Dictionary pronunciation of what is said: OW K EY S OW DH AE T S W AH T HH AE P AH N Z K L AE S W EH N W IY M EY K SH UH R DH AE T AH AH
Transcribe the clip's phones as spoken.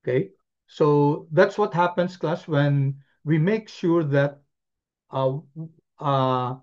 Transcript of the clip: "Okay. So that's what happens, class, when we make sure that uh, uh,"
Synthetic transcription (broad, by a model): K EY S OW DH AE T S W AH T HH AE P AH N S K L AE S W EH N W IY M EY K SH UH R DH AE T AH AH